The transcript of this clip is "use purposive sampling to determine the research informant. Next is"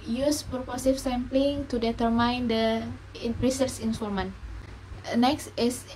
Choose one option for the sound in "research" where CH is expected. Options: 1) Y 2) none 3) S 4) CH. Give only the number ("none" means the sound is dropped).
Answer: 3